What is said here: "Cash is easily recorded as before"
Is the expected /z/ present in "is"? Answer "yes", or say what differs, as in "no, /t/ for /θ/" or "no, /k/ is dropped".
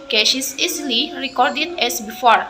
no, /s/ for /z/